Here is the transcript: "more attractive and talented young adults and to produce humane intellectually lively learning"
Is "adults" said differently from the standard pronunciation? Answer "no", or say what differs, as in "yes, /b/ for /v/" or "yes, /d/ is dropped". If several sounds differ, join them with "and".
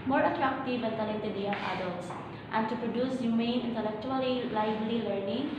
yes, /s/ is dropped